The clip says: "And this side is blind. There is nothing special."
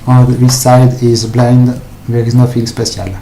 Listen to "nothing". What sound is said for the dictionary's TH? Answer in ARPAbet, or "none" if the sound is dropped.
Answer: F